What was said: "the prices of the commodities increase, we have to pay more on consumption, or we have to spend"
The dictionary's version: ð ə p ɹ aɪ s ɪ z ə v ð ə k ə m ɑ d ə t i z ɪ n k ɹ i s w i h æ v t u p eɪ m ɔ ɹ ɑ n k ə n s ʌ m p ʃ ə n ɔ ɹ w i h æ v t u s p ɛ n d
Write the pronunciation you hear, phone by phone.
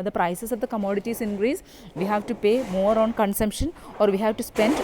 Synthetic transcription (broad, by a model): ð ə p ɹ aɪ s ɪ s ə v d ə k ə m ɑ d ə t i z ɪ n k ɹ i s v i h æ v t u p eɪ m ɔ ɹ ɑ n k ə n s ʌ m p ʃ ə n ɔ ɹ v i h æ v t u s p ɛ n d